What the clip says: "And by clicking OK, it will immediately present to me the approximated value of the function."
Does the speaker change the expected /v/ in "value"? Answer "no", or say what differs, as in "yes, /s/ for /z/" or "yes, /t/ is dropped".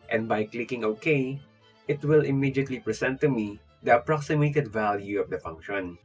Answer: no